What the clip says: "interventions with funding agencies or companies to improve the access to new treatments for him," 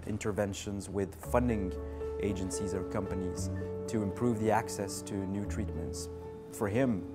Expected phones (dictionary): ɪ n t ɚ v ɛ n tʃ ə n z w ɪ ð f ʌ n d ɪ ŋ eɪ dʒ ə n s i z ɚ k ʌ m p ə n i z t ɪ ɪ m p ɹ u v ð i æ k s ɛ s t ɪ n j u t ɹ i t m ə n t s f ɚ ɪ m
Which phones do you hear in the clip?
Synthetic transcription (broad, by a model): ɪ n t ɚ v ɛ n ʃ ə n z w ɪ ð f ʌ n d ɪ ŋ eɪ dʒ ə n s i z ɚ k ʌ m p ə n i z t ɪ ɪ m p ɹ u v ð i æ k s ɛ s t ɪ n j u t ɹ i t m ə n t s f ɚ ɪ m